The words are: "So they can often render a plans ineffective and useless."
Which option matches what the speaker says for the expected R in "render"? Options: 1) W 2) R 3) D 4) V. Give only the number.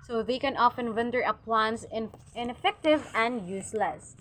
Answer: 1